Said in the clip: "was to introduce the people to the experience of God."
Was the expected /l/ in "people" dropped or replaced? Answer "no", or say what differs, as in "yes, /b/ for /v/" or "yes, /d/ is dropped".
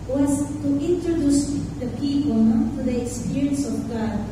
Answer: yes, /n/ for /l/